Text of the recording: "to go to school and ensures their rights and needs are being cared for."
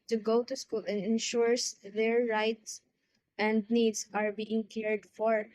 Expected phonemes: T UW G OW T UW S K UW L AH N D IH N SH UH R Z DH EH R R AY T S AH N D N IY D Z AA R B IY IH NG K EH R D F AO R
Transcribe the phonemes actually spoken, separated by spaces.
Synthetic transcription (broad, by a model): T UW G OW T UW S K UW L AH N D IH N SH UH R S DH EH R R AY T S AH N D N IY D S AA R B IY IH NG K EH R D F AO R